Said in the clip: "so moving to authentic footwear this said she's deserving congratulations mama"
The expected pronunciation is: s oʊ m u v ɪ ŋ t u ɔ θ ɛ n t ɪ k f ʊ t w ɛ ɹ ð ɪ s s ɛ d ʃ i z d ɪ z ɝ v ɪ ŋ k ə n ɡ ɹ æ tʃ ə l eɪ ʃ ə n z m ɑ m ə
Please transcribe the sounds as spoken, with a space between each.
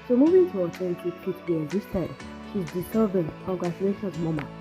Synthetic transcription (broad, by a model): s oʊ m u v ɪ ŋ t u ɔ t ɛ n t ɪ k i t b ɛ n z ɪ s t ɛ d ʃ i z d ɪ s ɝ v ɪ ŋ k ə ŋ ɡ ɹ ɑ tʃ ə l eɪ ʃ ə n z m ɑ m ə